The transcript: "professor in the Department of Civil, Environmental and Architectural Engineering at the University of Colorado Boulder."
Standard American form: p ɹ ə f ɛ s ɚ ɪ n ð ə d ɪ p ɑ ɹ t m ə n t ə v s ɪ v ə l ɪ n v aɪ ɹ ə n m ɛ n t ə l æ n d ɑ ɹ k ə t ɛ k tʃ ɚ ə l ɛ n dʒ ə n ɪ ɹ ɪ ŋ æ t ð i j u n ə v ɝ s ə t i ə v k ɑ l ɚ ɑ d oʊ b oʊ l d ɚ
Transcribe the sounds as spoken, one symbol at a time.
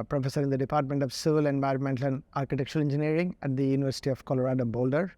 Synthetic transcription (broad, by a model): p ɹ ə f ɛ s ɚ ɪ n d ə d ɪ p ɑ ɹ t m ə n t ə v s ɪ v ə l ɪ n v aɪ ɹ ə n m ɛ n t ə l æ n d ɑ ɹ k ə t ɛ k tʃ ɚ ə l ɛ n dʒ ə n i ɹ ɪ ŋ æ t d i j u n ə v ɝ s ə t i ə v k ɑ l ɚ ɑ d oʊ b oʊ l d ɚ